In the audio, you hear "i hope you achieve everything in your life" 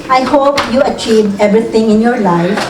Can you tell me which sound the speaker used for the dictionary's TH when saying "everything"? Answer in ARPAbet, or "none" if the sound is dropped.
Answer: T